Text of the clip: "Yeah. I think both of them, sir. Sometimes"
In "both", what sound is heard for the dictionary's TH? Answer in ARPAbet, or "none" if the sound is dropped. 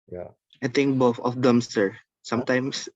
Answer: F